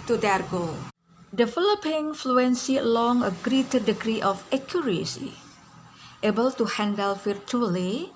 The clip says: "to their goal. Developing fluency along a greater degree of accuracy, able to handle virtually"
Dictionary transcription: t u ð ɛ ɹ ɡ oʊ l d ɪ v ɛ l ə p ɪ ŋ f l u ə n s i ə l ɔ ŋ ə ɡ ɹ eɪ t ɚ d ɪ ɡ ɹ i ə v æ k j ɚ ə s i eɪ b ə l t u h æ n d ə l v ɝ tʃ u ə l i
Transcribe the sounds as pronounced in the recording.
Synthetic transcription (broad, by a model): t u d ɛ ɹ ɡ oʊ d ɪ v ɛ l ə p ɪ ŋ f l u ə n s i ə l ɔ ŋ ə ɡ ɹ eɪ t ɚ d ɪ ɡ ɹ i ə f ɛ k j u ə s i eɪ b ə l t u h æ n d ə l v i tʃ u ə l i